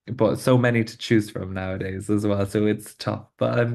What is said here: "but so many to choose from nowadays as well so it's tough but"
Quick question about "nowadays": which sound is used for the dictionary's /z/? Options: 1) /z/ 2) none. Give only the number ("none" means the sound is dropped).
1